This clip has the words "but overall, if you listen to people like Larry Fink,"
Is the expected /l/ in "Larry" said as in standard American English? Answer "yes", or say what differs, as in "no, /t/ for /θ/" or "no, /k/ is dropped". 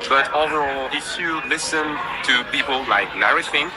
no, /n/ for /l/